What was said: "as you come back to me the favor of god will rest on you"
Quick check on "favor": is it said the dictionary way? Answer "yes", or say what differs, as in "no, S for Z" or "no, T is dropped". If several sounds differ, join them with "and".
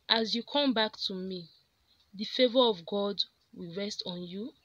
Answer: yes